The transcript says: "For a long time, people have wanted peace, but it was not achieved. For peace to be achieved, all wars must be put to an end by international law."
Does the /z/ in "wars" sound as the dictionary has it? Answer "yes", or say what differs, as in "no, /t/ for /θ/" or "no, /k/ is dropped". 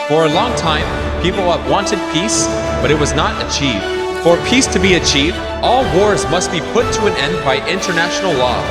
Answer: yes